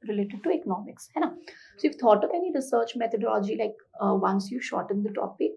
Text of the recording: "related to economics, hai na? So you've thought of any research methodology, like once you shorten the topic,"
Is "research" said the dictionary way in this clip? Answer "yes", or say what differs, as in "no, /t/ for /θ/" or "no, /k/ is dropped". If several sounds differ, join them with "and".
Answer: yes